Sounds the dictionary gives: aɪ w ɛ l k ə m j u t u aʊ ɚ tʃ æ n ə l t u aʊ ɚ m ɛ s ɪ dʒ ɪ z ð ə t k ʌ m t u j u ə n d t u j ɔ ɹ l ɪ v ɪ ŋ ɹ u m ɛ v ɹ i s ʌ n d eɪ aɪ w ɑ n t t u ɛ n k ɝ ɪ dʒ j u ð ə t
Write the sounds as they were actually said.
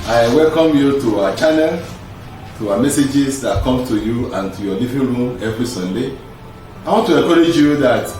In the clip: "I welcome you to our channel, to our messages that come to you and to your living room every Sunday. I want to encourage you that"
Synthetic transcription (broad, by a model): aɪ w ɛ l k ə m j u t u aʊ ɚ tʃ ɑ n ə l t u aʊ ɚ m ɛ s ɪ dʒ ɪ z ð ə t k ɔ m t u j u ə n t u j ɔ l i v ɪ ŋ ɹ u m ɛ v ɹ i s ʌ n d eɪ aɪ w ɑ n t t u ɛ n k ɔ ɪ dʒ j u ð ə t